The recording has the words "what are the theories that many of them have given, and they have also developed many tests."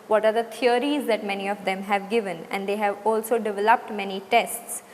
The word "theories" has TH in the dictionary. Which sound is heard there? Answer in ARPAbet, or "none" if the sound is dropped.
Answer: T